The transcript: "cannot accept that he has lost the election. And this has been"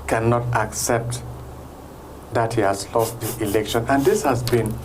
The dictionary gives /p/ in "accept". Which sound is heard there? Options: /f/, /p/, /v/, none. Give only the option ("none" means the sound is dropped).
/p/